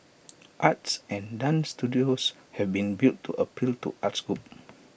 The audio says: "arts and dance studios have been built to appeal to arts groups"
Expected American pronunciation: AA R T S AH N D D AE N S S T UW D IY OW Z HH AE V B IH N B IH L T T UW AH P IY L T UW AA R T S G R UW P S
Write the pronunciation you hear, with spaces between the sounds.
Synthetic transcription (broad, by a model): AA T S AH N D D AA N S S T UW D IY OW S HH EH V B IH N B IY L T T UW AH P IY L T UW AA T S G R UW P